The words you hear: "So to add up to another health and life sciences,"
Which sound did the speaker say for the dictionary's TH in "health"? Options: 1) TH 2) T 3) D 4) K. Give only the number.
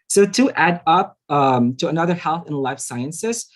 1